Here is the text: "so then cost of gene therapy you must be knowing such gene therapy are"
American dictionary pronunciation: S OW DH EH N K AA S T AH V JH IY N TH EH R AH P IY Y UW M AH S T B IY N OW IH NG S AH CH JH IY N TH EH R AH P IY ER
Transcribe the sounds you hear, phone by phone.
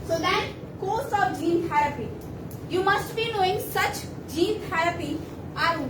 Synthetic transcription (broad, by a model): S OW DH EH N K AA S AH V JH IY N T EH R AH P IY Y UW M AH S T B IY N OW IH NG S AH CH JH IY N T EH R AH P IY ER